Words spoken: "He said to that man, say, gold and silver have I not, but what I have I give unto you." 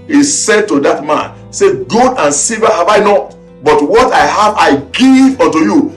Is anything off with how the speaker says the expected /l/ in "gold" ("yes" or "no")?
yes